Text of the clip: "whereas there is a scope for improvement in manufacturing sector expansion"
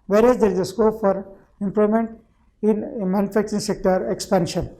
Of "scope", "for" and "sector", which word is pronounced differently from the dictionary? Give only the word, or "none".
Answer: none